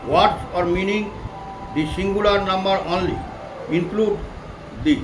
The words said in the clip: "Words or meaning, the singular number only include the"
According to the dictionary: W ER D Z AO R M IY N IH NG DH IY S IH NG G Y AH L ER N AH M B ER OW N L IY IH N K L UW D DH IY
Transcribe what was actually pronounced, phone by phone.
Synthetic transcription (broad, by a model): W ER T AO R M IY N IH NG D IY S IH NG G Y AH L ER N AH M B ER OW N L IY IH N K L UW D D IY